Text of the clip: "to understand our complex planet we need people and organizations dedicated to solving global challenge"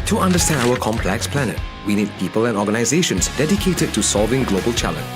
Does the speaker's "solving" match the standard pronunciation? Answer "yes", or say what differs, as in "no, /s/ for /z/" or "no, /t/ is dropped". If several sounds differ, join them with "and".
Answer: yes